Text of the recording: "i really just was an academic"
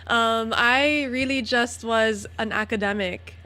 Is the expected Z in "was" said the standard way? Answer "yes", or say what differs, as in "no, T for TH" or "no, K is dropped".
yes